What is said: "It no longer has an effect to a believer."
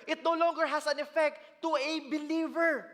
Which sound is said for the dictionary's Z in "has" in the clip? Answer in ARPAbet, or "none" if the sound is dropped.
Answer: S